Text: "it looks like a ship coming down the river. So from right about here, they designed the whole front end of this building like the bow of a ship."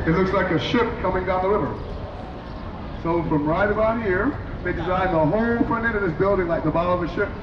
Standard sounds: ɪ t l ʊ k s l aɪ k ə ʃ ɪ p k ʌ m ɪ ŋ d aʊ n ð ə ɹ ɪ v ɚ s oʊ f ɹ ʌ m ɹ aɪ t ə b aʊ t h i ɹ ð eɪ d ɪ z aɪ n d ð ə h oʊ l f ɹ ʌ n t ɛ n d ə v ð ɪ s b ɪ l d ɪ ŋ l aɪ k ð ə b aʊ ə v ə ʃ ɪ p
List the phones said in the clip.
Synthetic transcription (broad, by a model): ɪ t l ʊ k s l aɪ k ə ʃ ɪ p k ʌ m ɪ ŋ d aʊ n ð ə ɹ ɪ v ɚ s oʊ f ɹ ʌ m ɹ aɪ t ə b aʊ t h i ɹ ð eɪ d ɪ z aɪ n ð ə h oʊ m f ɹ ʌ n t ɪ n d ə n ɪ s b ɪ l d ɪ ŋ l aɪ k ð ə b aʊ ə v ə ʃ ɪ p